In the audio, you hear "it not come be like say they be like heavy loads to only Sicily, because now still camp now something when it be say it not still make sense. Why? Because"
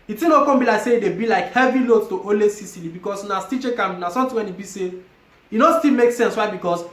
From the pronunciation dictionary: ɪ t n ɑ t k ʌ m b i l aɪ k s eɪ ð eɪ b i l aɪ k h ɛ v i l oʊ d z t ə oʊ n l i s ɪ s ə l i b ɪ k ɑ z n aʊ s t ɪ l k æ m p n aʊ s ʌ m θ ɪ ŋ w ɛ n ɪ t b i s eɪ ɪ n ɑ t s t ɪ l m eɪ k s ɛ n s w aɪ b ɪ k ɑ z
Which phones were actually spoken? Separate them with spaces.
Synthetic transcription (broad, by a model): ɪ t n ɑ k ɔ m b i l aɪ k s eɪ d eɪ b i l aɪ k h ɛ v i l oʊ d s t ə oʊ l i s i s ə l i b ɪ k ɑ s n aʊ s t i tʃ k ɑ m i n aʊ s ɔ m t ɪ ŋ w ɛ n ɪ t b i s eɪ ɪ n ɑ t s t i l m eɪ k s ɛ n s w aɪ b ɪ k ɑ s